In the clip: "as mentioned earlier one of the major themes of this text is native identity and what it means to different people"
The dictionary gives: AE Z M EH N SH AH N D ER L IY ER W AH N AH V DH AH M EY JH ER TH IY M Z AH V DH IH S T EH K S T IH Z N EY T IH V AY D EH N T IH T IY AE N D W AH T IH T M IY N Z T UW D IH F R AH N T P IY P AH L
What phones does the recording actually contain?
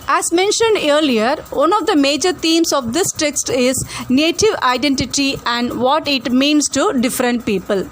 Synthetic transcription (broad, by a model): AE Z M EH N SH AH N D ER L IY ER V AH N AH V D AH M EY JH ER T IY M S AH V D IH S T EH K S T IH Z N EY T IH V AY D EH N T IH T IY AE N D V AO T IH T M IY N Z T UW D IH F R AH N T P IY P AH L